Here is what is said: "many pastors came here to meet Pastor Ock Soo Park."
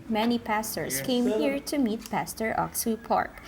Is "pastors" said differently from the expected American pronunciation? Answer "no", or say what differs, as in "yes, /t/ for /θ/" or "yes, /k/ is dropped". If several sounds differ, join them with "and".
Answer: yes, /s/ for /z/